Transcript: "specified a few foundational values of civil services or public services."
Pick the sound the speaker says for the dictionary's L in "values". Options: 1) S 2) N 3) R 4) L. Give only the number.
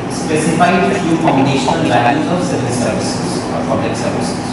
2